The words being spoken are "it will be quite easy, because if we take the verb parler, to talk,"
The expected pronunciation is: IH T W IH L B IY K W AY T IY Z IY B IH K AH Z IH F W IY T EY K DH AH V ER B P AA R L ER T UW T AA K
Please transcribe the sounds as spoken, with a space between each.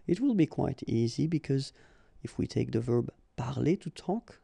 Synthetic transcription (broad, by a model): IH T W IH L B IY K W AY T IY Z IY B IH K AH Z IH F W IY T EY K DH AH V ER B P AA R L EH T UW T AA K